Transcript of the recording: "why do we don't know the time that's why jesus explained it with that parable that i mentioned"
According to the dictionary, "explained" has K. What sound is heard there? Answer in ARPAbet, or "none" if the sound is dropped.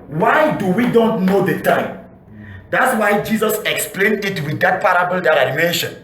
K